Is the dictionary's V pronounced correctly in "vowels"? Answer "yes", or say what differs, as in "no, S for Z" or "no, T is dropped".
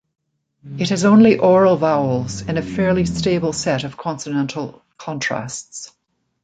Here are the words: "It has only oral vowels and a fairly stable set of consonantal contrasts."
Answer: yes